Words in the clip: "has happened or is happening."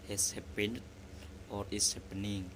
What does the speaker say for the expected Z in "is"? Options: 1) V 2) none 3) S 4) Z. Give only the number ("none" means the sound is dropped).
3